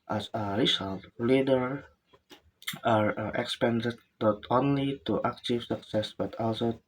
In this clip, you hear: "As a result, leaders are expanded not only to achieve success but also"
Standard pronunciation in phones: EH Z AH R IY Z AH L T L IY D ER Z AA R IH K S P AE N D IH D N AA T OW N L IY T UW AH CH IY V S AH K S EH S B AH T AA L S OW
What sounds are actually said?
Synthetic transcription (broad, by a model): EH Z AH R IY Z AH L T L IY D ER AA R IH K S P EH N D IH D N AA T OW N L IY T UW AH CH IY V S AH K S EH S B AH T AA L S OW